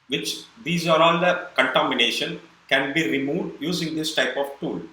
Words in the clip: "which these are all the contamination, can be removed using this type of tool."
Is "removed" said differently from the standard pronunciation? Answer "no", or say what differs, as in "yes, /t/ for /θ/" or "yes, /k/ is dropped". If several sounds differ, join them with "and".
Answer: no